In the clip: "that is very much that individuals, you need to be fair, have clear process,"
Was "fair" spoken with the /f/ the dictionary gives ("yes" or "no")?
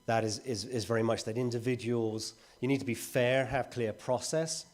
yes